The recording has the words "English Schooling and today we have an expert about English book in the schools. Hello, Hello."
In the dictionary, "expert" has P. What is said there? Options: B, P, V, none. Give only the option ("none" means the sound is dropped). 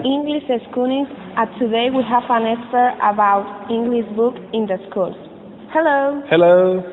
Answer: none